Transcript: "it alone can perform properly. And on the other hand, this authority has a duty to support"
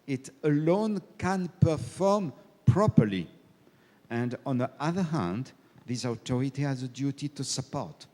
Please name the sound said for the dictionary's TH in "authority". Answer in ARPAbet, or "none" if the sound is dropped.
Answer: T